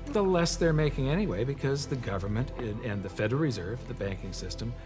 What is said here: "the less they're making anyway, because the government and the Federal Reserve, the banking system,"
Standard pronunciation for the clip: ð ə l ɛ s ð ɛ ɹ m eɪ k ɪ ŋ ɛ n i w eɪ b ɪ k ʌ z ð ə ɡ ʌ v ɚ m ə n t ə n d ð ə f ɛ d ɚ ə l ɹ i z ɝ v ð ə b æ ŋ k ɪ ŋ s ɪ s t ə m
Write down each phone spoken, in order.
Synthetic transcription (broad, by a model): ð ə l ɛ s ð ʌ ɹ m eɪ k ɪ ŋ ɛ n i w eɪ b ɪ k ʌ z ð ə ɡ ʌ v ɚ m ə n t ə n ð ə f ɛ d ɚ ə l ɹ i z ɝ v ð ə b æ ŋ k ɪ ŋ s ɪ s t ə m